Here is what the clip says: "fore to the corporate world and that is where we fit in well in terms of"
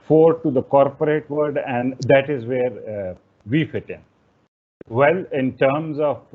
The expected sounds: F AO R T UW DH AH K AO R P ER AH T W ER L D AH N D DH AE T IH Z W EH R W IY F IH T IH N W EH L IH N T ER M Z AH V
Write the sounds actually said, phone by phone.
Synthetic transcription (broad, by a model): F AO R T UW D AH K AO R P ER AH T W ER D AH N D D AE T IH Z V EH R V IY F IH T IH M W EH L IH N T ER M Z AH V